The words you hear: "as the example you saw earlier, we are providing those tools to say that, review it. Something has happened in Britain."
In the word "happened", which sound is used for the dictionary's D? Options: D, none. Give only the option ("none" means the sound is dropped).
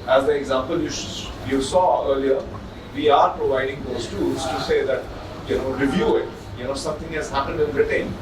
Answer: D